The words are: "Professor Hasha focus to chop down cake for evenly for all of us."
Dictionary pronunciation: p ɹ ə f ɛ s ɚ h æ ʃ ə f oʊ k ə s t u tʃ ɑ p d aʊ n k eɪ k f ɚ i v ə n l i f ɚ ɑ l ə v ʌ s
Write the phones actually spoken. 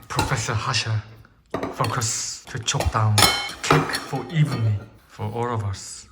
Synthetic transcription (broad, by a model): p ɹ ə f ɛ s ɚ h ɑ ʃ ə f oʊ k ə s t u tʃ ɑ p d aʊ n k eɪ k f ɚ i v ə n i f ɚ ɑ l ə v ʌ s